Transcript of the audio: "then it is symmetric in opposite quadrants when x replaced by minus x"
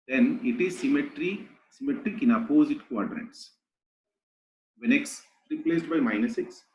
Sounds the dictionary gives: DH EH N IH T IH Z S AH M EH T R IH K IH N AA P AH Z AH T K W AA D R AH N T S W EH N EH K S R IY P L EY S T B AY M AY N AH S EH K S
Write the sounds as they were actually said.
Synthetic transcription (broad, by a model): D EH N IH T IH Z S AH M EH T R IH K IH N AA P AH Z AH T K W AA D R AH T S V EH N EH K S R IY P L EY S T B AY M AY N AH S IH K S